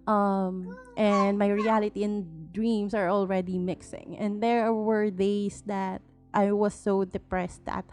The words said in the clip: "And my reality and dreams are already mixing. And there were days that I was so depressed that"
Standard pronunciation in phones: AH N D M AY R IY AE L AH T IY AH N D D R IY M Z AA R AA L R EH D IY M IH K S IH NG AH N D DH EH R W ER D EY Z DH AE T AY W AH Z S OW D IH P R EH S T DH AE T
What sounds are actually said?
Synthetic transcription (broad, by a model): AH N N M AY R IY AE L AH T IY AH N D D R IY M S AA R AA L R EH D IY M IH K S IH NG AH N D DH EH R W ER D EY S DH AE T AY W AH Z S OW D IH P R EH S T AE T